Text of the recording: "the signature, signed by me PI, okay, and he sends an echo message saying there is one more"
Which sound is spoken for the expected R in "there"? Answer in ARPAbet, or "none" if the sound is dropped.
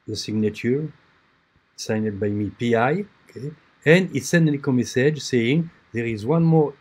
R